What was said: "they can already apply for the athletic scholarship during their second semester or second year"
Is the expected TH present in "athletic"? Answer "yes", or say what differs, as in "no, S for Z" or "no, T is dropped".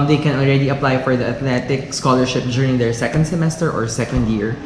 no, T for TH